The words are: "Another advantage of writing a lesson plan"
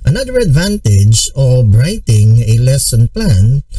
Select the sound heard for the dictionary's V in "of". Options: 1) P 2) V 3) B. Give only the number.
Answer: 3